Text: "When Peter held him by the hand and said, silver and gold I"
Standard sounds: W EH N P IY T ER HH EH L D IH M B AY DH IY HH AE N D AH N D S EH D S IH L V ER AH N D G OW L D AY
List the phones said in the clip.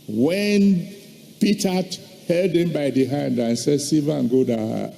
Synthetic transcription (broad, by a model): W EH N P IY T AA HH EH L D IH M B AY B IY HH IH N D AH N S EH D S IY V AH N G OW D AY